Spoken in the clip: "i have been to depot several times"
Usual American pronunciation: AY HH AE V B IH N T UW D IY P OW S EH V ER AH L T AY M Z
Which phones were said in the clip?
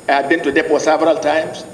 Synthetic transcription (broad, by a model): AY HH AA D B IH N T UW D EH F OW S EH V ER AH L T AY M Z